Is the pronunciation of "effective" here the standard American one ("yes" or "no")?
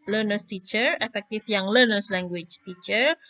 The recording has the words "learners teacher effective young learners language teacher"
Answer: no